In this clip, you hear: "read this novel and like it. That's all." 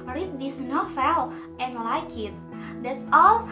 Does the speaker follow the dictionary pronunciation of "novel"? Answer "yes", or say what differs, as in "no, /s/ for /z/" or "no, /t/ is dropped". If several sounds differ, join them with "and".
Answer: no, /f/ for /v/